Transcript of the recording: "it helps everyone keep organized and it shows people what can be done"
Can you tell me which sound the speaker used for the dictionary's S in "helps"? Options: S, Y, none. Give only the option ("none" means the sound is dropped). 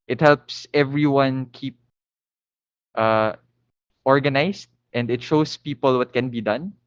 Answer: S